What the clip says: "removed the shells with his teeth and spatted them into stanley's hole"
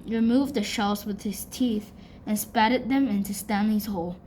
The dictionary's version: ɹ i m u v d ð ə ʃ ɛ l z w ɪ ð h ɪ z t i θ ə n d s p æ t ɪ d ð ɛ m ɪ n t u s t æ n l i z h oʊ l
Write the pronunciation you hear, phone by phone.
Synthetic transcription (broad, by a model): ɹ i m u v d ð ə ʃ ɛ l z w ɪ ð h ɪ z t i θ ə n s p æ t ɪ d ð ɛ m ɪ n t u s t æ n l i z h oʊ l